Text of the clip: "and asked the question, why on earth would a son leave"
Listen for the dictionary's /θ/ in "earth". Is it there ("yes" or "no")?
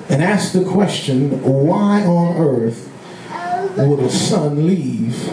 yes